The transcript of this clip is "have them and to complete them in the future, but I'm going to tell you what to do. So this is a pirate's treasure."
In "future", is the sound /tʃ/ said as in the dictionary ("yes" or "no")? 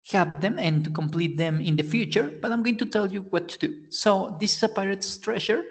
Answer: yes